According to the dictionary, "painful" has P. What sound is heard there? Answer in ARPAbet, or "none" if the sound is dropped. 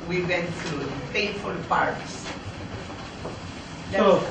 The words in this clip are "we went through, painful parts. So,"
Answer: F